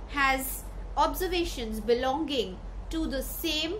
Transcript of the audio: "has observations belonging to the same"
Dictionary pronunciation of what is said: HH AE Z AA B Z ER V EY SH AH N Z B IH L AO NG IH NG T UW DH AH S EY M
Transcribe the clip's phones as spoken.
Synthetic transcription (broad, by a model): HH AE Z AA B Z ER V EY SH AH N Z B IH L AO NG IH NG T UW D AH S EY M